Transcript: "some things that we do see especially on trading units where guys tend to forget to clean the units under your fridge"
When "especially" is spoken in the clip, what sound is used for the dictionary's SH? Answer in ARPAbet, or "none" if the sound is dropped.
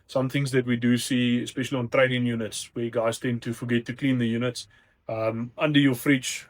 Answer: SH